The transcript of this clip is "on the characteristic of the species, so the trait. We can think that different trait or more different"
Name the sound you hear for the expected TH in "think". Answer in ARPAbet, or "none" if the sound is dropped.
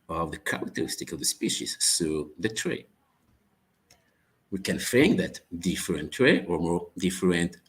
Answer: F